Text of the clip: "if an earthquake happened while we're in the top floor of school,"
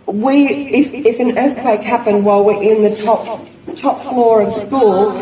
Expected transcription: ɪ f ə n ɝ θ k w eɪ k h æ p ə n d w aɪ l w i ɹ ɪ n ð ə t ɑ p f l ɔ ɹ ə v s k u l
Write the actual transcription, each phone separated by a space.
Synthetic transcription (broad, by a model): ɪ f ə n ɝ θ k w eɪ k h æ p ə n d w aɪ l w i ɹ ɪ n ð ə t ɑ p f l ɔ ɹ ə v s k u l